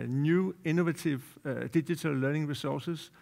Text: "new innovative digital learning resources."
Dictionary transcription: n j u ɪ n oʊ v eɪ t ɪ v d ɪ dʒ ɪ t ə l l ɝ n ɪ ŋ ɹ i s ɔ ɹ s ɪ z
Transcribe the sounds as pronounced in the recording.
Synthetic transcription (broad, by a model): n j u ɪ n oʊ v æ s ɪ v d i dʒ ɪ s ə l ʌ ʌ n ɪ ŋ ɹ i s ɔ s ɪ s